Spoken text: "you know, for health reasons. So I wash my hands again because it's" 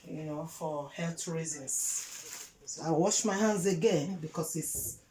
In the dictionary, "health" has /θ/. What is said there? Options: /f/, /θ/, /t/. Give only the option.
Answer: /t/